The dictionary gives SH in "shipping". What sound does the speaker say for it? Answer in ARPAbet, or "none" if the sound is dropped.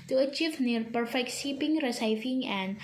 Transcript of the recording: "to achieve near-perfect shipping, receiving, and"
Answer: S